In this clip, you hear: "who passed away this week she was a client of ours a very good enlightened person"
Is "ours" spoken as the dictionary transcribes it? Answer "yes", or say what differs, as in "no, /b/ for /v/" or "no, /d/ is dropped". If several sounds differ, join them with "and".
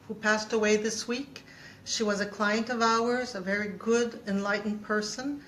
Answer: yes